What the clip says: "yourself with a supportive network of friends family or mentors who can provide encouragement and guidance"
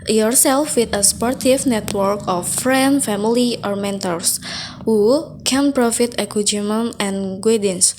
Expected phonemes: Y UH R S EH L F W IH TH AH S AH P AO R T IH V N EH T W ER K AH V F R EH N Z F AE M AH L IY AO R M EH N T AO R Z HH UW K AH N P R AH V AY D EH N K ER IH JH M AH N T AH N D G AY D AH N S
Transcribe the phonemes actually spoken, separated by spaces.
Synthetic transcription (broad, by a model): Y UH R S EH L F W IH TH AH S P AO R T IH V N EH T W ER K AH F R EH N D F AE M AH L IY AO R M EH N T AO R S HH UW K AH N P R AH F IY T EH K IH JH M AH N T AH N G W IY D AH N S